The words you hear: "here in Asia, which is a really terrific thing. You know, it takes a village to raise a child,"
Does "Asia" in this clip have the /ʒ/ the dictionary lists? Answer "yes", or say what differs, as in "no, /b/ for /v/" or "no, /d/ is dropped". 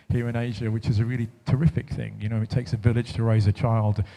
yes